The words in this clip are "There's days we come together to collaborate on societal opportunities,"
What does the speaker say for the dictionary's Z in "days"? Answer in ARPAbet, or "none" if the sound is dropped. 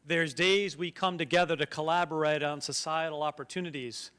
Z